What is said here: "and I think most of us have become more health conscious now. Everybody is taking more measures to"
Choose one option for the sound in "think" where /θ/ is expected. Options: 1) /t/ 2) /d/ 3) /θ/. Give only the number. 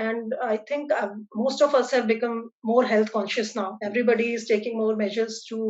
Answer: 1